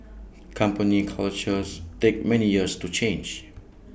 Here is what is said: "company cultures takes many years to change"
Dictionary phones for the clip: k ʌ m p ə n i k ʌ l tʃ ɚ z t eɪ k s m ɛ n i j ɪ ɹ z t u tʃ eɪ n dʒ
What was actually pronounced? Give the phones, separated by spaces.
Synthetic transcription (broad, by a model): k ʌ m p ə n i k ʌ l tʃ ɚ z t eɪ k m ɛ n i j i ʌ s t u tʃ eɪ n dʒ